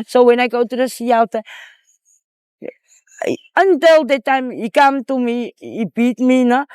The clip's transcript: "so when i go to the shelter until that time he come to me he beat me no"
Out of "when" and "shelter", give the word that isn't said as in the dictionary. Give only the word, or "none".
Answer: shelter